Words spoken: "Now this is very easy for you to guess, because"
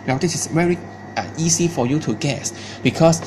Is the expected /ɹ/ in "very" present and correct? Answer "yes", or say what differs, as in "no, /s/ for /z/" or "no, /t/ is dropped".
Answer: yes